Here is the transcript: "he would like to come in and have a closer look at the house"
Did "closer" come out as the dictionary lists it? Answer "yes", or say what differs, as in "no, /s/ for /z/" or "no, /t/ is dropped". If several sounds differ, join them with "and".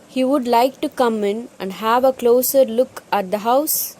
yes